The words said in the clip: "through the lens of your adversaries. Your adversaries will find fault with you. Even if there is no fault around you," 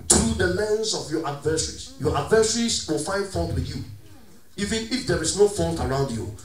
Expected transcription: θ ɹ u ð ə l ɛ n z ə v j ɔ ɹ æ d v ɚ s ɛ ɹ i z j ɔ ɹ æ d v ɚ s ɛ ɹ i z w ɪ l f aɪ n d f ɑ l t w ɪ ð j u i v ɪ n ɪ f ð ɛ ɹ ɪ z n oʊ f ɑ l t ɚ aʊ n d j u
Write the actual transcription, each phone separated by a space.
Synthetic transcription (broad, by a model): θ ɹ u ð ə l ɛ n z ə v j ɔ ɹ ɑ d v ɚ s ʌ ɹ i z j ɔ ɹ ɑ d v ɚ s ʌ ɹ i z w ɪ l f aɪ n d f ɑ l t w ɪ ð j u i v ɪ n ɪ f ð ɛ ɹ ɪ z n oʊ f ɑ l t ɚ aʊ n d j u